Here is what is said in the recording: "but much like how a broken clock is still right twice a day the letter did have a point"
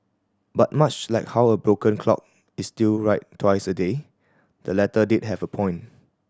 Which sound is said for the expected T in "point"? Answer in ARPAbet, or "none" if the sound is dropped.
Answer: none